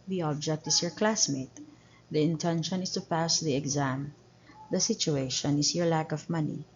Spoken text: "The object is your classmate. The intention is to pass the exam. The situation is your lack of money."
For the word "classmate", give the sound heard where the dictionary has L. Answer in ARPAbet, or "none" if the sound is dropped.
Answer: L